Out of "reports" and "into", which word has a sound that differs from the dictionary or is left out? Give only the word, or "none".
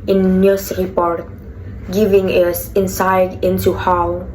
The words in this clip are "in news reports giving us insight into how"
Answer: reports